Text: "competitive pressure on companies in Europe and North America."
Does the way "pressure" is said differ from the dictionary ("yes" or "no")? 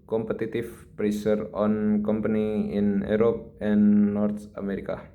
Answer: yes